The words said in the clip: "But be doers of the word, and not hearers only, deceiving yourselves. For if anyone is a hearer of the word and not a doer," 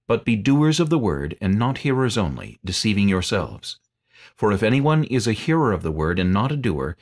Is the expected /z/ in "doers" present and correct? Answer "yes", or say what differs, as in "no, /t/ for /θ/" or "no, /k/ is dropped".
yes